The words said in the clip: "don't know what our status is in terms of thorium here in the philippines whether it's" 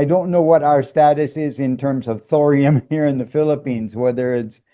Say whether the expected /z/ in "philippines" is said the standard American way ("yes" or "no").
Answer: yes